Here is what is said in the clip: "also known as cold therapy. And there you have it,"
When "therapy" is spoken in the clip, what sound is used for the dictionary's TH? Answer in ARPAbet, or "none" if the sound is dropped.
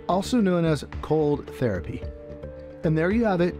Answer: TH